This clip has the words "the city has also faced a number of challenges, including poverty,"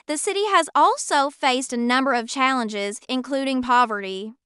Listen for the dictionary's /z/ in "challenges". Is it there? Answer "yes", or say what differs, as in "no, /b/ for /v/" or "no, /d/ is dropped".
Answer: yes